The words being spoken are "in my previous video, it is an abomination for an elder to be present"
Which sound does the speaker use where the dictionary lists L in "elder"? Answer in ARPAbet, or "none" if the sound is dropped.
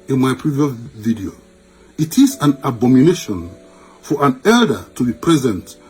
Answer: L